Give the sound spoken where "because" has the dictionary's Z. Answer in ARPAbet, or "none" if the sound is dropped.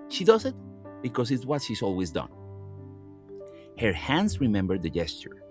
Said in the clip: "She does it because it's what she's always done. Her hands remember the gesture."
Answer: S